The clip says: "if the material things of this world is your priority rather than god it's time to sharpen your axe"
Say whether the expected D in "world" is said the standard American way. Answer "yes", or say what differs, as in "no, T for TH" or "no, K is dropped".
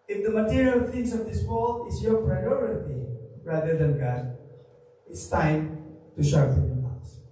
no, D is dropped